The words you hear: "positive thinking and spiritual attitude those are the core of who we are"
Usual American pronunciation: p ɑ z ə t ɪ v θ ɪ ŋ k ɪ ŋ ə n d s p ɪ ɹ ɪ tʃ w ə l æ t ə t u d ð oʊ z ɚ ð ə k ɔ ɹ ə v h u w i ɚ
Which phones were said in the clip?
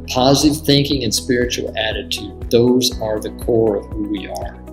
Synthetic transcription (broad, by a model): p ɑ z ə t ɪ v θ ɪ ŋ k ɪ ŋ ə n s p ɪ ɹ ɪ tʃ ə l æ t ə t u d ð oʊ z ɚ ð ə k ɔ ɹ ə v h u w i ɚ